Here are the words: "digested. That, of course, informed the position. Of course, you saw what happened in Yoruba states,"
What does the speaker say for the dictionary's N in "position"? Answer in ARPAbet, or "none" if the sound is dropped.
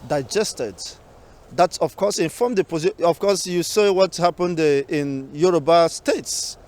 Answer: none